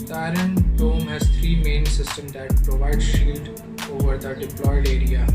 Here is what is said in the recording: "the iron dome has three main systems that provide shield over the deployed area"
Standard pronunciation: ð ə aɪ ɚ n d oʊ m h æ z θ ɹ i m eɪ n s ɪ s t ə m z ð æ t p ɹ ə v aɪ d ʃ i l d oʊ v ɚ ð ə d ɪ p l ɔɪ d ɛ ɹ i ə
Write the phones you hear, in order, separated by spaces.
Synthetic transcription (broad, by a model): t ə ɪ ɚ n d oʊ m h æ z t ɹ i m eɪ n s ɪ s t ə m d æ t p ɹ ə v aɪ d ʃ i l d oʊ v ɚ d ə d ɪ p l ɔɪ d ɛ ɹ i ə